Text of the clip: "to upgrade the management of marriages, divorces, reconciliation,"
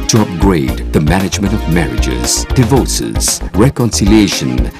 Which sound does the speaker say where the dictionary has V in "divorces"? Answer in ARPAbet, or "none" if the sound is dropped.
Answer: V